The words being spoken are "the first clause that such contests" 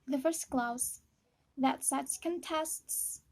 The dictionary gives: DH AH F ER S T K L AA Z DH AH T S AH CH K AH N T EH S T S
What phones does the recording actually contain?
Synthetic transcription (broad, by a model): DH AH F ER S T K L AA S DH AH T S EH S K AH N T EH S T S